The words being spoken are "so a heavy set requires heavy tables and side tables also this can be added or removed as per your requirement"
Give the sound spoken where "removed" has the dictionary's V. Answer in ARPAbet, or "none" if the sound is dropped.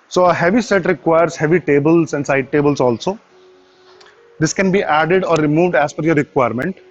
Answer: V